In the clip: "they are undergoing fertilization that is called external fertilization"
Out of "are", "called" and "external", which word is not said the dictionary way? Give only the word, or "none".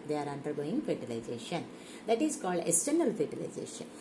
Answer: external